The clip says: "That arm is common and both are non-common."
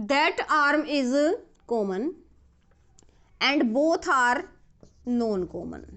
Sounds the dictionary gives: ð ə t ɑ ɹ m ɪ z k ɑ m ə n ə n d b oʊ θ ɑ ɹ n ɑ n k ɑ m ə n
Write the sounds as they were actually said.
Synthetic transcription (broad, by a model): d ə t ɑ ɹ m ɪ z k ɑ m ə n ə n d b oʊ t ɑ ɹ n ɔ n k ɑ m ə n